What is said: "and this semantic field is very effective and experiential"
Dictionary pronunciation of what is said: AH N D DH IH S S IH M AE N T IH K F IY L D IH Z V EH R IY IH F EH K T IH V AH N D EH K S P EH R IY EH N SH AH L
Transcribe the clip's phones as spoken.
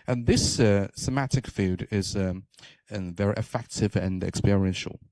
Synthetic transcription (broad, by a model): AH N DH IH S S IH M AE T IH K F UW D IH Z V EH R IY IH F EH K T IH V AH N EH K S P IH R IY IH N SH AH L